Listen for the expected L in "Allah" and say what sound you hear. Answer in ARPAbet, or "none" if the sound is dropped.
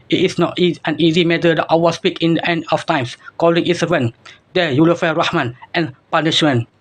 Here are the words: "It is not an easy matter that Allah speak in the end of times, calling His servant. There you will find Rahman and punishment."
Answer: W